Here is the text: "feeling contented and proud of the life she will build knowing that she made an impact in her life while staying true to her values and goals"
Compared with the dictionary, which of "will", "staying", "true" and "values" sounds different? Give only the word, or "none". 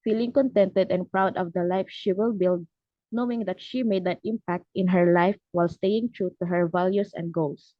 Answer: values